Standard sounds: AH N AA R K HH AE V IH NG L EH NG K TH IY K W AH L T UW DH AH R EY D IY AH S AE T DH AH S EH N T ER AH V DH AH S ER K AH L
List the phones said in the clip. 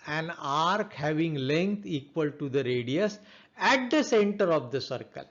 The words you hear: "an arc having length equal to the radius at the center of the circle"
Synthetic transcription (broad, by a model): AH N AA R K HH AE V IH NG L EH NG K T IY K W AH L T UW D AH R EY D IY AH S AE T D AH S EH N T ER AH V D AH S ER K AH L